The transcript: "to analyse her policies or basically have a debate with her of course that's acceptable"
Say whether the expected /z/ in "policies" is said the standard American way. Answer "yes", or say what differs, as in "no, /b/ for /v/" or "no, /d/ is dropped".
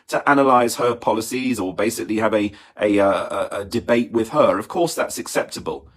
yes